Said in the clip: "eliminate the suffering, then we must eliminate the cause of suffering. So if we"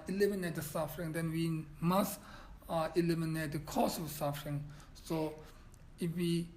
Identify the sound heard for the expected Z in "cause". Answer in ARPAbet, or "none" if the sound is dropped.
S